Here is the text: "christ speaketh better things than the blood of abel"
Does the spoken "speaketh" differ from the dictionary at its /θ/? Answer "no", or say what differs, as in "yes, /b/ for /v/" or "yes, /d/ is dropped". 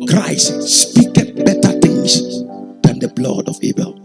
yes, /t/ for /θ/